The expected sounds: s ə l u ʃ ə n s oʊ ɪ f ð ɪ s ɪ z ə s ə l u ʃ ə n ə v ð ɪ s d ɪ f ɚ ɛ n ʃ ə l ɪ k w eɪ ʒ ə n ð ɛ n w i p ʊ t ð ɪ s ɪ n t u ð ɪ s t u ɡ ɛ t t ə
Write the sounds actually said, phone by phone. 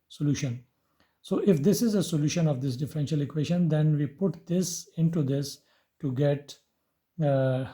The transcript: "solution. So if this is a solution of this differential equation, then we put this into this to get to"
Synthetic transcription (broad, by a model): s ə l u ʃ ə n s oʊ ɪ f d ɪ s ɪ z ə s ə l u ʃ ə n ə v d ɪ s d ɪ f ɚ ɛ n ʃ ə l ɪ k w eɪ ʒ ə n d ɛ n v i p ʊ t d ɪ s ɪ n t u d ɪ s t u ɡ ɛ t t